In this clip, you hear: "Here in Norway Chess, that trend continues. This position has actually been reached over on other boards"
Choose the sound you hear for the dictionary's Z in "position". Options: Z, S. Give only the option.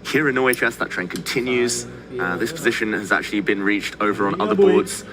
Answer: Z